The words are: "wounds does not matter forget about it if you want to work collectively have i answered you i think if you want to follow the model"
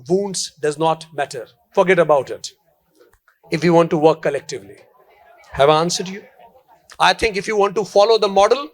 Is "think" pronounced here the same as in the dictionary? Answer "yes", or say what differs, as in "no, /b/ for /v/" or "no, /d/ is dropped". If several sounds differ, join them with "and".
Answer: no, /t/ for /θ/